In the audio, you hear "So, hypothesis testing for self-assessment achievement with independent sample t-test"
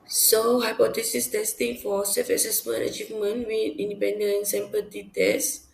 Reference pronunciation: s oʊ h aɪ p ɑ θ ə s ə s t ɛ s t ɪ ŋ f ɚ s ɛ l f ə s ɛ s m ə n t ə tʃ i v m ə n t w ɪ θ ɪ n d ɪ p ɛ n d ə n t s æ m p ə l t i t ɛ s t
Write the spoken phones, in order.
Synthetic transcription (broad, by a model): s oʊ h aɪ p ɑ t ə s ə s t ɛ s t ɪ ŋ f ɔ s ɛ f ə s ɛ s m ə n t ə tʃ i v m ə n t w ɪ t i n d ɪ p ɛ n d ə n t s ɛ m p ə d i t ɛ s